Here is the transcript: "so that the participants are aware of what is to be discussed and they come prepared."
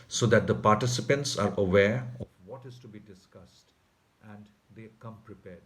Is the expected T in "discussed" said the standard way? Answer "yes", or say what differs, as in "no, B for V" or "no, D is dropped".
yes